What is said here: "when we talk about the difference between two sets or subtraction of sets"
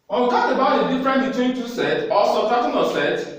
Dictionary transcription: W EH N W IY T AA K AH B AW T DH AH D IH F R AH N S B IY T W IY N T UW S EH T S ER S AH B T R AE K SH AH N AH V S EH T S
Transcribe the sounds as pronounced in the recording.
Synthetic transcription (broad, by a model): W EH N W IY T AA K AH B AW T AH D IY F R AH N B IY T W IY N T UW S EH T AO S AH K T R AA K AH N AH S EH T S